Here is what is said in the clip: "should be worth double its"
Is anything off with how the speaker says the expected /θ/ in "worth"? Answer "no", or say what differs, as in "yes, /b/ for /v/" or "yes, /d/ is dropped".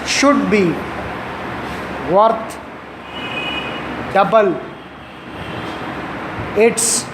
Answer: yes, /t/ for /θ/